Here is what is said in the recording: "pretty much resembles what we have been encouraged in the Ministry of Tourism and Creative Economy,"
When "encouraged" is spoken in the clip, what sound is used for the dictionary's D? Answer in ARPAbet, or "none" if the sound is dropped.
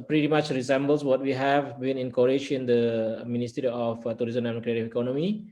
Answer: none